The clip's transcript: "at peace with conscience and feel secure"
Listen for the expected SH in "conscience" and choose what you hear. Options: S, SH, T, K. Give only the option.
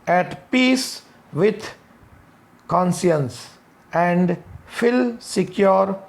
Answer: S